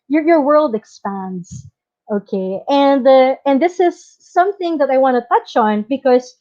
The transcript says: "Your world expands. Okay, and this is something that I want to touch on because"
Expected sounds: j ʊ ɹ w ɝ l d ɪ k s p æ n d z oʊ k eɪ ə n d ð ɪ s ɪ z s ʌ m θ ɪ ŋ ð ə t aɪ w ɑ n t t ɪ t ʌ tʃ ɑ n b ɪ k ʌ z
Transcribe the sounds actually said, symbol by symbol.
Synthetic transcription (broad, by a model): j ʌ ɹ w ɝ l d ɪ k s p æ n d z oʊ k eɪ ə n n ð ɪ s ɪ z s ʌ m θ ɪ ŋ ð ə t aɪ w ɑ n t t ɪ t ʌ tʃ n b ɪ k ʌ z